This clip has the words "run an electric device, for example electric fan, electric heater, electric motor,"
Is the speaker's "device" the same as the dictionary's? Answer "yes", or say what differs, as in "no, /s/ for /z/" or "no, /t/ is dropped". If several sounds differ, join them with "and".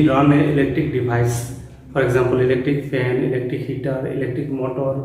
no, /b/ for /v/